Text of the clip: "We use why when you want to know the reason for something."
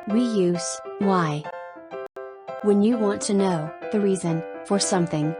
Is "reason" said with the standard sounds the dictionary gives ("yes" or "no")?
yes